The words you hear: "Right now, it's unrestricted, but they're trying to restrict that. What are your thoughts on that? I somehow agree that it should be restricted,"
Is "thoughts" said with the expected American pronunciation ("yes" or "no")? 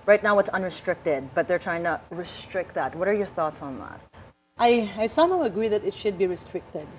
yes